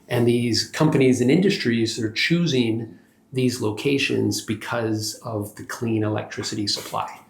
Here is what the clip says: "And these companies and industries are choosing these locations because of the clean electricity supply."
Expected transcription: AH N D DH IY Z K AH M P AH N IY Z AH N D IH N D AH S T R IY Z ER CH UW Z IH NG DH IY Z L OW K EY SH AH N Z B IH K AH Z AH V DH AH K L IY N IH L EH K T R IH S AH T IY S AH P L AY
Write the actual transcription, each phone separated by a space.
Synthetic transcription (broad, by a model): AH N DH IY Z K AH M P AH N IY Z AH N IH N D AH S T R IY Z ER CH UW Z IH NG DH IY Z L OW K EY SH AH N Z B IH K AH Z AH V DH AH K L IY N IH L EH K T R IH S AH T IY S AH P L AY